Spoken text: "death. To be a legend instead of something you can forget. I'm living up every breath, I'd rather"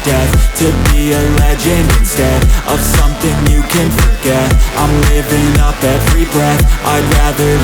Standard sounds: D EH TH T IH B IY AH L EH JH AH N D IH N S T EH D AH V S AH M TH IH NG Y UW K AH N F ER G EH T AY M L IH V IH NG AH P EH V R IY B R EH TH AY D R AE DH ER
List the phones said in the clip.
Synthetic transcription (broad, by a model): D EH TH T IH B IY AH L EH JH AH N IH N S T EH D AH V S AH M TH IH NG Y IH K AH N F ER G EH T AY M L IH V IH NG AH P EH V R IY B R EH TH AY R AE DH ER